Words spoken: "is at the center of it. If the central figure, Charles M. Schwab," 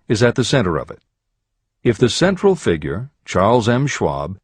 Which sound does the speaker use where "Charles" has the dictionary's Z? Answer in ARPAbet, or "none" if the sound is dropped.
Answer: Z